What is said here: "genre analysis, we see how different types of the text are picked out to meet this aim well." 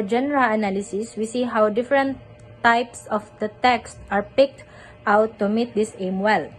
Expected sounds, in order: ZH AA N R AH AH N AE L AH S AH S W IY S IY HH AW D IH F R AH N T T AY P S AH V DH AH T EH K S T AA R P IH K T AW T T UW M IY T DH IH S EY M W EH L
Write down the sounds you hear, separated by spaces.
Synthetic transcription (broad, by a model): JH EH N R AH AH N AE L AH S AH S W IY S IY HH AW D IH F R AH N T T AY P S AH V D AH T EH K S T AA R P IH K T AW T T UW M IY T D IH S EY M W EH L